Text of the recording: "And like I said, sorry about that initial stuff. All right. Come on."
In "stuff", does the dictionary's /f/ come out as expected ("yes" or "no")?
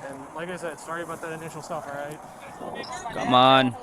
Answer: yes